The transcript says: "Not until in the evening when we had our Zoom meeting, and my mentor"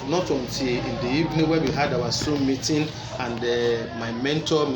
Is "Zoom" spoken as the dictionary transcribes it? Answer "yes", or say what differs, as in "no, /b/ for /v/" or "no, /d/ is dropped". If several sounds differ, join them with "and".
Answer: no, /s/ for /z/